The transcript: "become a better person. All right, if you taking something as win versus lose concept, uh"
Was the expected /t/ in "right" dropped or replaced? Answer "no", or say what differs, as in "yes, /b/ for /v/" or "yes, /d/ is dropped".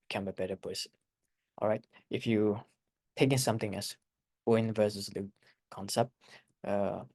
no